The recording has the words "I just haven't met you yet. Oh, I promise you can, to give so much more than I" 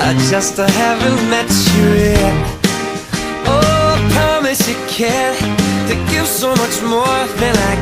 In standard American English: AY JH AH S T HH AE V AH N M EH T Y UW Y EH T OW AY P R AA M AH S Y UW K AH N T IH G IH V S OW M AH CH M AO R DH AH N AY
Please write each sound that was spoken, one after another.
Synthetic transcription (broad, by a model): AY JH AH S T HH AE V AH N M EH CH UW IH OW P R AA M AH S Y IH K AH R T IH G IH V S OW M AH CH M AO R DH AH N AY